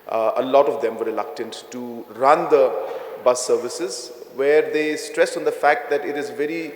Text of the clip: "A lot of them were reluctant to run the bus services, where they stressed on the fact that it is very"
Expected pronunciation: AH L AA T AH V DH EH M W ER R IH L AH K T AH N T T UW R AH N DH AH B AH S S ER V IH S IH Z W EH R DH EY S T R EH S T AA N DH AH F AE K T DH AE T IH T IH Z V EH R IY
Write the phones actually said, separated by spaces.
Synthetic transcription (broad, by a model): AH L AA T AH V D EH M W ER R IH L AH K T AH N T T UW R AH N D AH B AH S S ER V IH S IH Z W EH R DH EY S T R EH S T AA N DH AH F AE K T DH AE T IH T IH Z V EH R IY